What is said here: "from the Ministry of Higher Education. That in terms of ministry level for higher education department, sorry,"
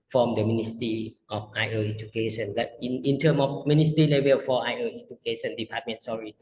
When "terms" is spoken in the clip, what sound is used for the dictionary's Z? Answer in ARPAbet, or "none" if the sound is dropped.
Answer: none